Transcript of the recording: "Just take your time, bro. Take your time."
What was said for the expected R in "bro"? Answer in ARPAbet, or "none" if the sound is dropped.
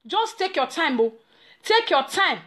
none